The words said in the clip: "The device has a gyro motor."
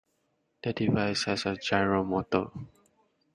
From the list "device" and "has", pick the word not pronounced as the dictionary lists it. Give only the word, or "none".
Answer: has